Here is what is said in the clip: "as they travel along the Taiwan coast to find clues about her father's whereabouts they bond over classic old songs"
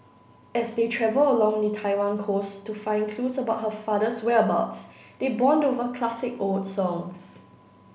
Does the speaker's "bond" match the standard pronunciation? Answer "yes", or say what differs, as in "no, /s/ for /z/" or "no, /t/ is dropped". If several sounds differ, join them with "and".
yes